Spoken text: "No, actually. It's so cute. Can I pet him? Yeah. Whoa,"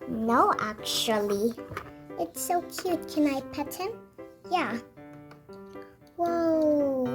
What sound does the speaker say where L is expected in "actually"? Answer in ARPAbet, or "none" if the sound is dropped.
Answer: L